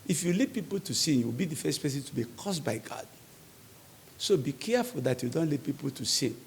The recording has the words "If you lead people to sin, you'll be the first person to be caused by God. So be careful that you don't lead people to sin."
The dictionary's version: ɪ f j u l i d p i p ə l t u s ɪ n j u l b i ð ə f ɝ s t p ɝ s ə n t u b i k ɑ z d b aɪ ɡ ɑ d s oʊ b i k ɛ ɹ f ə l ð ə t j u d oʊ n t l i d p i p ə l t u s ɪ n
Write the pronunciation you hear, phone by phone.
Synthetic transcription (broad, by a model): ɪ f j u l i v p i p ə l t u s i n j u w b i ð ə f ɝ s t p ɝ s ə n t u b i k ɑ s b aɪ ɡ ɑ d s oʊ b i k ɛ f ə l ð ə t j u d oʊ n t l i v p i p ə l t u s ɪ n